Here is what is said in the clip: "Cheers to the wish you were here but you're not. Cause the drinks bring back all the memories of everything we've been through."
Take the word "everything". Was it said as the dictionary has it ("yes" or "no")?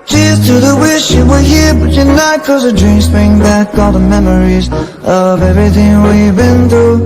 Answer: yes